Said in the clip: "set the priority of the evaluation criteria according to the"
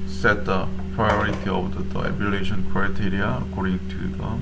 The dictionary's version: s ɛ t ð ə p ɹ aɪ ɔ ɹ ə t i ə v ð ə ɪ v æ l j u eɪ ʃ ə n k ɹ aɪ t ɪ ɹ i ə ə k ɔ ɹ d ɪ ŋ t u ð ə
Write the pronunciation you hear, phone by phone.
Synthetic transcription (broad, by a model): s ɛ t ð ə p ɹ aɪ ɔ ɹ ə t i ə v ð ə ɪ æ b j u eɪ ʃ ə n k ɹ aɪ t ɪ ɹ i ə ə k ɔ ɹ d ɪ ŋ t u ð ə